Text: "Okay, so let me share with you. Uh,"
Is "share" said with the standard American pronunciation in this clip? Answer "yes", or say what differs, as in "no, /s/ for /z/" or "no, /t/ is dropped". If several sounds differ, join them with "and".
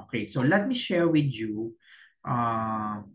yes